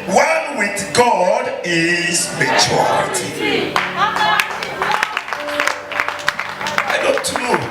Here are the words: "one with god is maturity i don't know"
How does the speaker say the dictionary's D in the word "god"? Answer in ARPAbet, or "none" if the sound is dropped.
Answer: D